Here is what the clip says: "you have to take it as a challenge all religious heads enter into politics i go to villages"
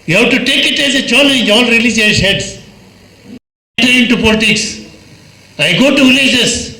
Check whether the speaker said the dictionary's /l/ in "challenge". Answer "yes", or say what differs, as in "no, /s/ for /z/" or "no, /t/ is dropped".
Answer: no, /n/ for /l/